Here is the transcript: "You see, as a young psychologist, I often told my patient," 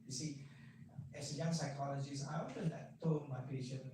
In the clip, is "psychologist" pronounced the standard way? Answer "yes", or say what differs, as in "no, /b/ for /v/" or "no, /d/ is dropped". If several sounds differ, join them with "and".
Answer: no, /t/ is dropped